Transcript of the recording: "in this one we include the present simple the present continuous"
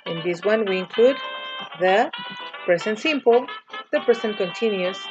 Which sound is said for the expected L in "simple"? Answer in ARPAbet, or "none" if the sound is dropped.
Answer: L